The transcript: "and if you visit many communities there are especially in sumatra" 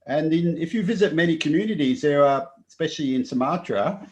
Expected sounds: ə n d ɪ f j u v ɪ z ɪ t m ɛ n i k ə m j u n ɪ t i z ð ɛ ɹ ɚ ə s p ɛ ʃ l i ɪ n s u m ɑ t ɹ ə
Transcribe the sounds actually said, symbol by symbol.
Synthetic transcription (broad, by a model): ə n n ɪ f j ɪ v ɪ z ɪ t m ɛ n i k ə m j u n ɪ t i z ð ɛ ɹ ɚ ə s p ɛ ʃ l i ɪ n s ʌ m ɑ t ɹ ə